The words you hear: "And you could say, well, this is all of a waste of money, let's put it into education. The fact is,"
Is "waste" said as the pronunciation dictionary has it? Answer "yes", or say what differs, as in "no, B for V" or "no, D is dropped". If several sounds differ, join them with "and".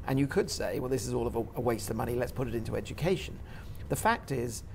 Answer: yes